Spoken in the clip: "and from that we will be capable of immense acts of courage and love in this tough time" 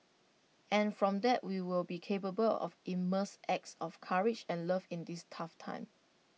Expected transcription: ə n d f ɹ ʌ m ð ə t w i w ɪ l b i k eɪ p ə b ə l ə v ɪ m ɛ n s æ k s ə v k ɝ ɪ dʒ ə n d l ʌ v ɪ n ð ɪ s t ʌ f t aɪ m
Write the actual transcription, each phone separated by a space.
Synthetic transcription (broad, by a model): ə n f ɹ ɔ m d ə t w i w ɪ l b i k eɪ p ə b ə l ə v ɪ m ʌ s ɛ k s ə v k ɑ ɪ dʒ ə n l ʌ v ɪ n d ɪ s t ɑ f t aɪ m